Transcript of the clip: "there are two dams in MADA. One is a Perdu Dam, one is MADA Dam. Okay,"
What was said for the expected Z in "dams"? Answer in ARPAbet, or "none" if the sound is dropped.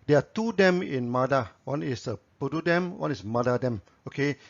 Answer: none